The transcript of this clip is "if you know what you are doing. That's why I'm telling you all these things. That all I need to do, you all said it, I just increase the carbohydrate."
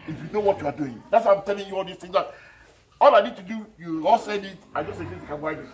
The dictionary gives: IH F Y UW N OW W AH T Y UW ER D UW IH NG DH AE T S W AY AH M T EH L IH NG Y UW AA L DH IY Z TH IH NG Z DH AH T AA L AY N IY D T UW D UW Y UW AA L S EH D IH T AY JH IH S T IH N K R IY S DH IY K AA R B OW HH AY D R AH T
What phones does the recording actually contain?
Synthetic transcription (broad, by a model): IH F Y UW N OW W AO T Y UW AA D UW IH NG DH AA T S W AY AH M T EH L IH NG Y UW AA L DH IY S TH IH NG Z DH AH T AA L AY N IY D T UW D UW Y UW AA L S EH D IH T AY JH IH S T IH K IY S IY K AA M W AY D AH